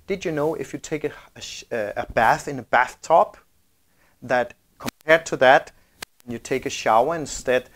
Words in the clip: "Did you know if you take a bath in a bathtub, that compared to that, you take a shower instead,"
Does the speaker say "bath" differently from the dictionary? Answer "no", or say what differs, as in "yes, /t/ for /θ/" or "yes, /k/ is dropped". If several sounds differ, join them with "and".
no